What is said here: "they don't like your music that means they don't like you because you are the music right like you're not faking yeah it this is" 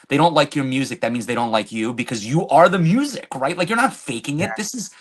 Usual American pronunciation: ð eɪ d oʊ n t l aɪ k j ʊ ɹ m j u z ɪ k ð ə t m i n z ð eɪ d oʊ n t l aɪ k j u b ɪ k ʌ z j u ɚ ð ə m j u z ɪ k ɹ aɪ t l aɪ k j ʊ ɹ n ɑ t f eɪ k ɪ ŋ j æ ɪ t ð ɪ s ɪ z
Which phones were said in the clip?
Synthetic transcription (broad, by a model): ð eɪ d oʊ n t l aɪ k j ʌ ɹ m j u z ɪ k ð ə t m i n z ð eɪ d oʊ n t l aɪ k j u b ɪ k ʌ z j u ɚ ð ə m j u z ɪ k ɹ aɪ t l aɪ k j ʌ ɹ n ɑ t f eɪ k ɪ ŋ ɪ t ð ɪ s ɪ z